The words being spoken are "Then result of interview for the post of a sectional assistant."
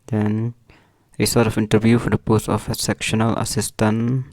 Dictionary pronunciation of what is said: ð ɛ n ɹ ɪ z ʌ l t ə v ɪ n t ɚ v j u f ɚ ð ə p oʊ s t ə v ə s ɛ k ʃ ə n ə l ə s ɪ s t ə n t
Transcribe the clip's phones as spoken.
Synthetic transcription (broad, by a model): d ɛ n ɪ s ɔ t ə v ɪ n t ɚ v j u f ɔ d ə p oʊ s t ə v ə s ɛ k ʃ ə n ə l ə s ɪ s t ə n